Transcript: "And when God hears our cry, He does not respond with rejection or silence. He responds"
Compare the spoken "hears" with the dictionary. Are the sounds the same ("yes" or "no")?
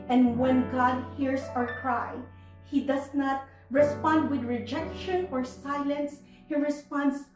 no